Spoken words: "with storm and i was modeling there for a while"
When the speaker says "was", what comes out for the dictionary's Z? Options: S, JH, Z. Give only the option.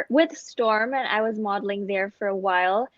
Z